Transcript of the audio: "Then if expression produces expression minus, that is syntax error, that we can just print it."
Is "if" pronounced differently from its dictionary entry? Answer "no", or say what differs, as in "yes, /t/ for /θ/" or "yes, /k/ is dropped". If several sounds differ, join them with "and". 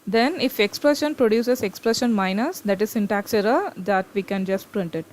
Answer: no